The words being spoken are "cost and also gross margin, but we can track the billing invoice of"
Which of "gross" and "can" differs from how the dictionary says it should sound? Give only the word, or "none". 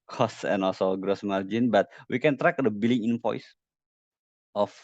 none